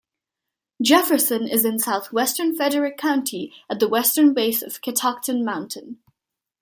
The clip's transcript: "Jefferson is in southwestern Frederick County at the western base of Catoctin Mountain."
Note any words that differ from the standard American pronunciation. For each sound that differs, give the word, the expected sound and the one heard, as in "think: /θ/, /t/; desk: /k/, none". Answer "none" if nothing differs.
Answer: frederick: /ɹ/, none